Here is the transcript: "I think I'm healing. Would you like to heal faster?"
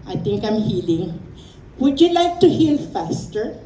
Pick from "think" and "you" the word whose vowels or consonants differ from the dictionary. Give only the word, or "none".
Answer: think